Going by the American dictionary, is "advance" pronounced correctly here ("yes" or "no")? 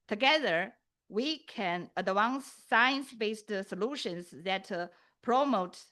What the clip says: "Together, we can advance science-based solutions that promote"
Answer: no